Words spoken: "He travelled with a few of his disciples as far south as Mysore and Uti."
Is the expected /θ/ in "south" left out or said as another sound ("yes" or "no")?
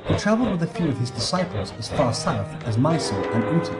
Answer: no